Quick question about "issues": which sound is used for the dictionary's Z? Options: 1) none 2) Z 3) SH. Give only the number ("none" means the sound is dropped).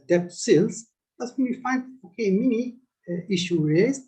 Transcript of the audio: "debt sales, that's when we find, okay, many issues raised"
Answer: 1